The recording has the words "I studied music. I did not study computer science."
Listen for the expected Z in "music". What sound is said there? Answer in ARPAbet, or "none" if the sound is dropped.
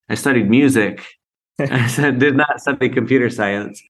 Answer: Z